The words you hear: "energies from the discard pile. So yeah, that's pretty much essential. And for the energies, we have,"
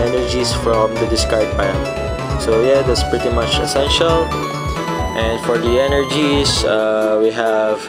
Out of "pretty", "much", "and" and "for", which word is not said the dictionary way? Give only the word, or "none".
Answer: none